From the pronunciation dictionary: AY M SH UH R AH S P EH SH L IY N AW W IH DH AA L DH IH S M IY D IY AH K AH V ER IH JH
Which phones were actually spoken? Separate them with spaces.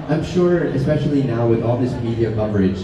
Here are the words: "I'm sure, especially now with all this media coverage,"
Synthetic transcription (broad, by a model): AY M SH UH R AH S P EH SH L IY N AW W IH DH AA L DH IH S M IY D IY AH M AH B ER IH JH